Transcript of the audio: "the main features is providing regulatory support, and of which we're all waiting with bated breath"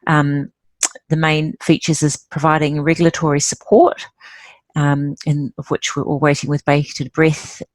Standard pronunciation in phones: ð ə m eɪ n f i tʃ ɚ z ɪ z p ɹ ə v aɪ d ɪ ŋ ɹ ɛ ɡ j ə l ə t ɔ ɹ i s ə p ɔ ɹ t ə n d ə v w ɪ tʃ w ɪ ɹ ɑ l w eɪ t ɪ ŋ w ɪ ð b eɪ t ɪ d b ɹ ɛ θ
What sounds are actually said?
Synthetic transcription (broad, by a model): ð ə m eɪ n f i tʃ ɚ z ɪ z p ɹ ə v aɪ d ɪ ŋ ɹ ɛ ɡ j l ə t ɔ ɹ i s ə p ɔ ɹ t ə n ə v w ɪ tʃ w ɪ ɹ ɑ l w eɪ t ɪ ŋ w ɪ ð b eɪ t ɪ d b ɹ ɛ θ